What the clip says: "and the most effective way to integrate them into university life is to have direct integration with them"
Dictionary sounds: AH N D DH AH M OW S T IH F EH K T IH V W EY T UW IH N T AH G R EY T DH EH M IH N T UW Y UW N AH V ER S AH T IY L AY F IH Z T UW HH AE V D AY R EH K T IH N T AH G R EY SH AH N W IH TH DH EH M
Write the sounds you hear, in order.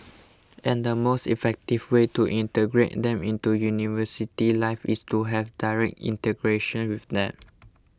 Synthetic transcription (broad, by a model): AH N D AH M OW S T IH F EH K T IH V W EY T UW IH N T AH G R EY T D EH M IH N T UW Y UW N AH V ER S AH T IY L AY F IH S T UW HH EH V D AY R EH K T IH N T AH G R EY SH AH N W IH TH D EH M